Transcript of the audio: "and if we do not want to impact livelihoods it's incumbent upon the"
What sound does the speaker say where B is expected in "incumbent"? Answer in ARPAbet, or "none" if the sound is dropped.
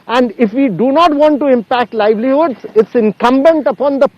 B